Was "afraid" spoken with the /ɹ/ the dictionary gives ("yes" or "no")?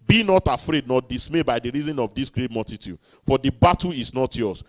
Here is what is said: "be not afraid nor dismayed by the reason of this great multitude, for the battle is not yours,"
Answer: yes